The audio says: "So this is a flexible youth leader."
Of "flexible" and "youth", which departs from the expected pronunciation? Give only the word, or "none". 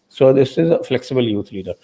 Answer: youth